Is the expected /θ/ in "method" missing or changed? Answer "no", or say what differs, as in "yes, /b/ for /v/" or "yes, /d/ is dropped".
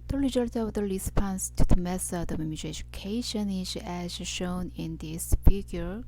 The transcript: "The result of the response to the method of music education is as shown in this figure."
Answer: yes, /s/ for /θ/